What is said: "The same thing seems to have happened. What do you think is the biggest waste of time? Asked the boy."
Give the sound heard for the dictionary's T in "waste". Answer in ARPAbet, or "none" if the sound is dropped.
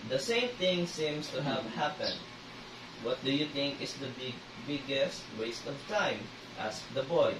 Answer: T